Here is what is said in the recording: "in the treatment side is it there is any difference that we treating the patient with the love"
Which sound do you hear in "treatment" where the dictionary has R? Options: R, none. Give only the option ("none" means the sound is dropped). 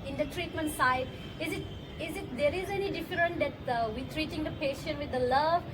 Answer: R